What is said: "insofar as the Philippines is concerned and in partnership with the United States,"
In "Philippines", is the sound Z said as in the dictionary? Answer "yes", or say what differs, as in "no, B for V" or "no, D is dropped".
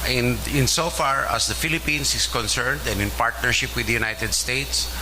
no, S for Z